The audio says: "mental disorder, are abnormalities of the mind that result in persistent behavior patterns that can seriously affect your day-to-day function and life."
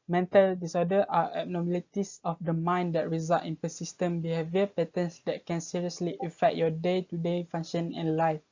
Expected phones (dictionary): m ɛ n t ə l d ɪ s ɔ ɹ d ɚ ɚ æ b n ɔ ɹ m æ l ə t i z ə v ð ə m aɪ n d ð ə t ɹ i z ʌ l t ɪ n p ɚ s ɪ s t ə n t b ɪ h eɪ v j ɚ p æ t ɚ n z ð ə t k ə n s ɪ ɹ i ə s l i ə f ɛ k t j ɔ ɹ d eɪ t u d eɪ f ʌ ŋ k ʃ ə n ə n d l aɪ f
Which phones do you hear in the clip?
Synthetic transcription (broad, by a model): m ɛ n t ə l d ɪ s ɔ d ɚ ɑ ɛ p n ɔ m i l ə t i s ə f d ə m aɪ n d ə t ɹ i z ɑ l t ɪ n p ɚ s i s t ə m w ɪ h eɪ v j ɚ p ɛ t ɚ n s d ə t k ə n s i ɹ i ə s l i ə f ɛ k t j ɔ d eɪ t u d eɪ f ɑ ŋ ʃ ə n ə n l aɪ f